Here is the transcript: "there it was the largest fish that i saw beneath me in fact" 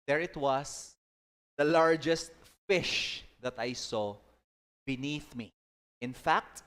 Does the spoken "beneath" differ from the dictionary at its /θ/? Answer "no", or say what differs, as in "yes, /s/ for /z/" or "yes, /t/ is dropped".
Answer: no